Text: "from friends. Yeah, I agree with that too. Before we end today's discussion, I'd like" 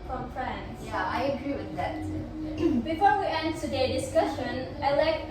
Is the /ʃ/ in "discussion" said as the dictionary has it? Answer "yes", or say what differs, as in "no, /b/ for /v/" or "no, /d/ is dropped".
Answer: yes